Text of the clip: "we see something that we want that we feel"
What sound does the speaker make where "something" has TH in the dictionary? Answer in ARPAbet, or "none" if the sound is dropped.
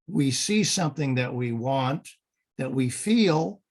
TH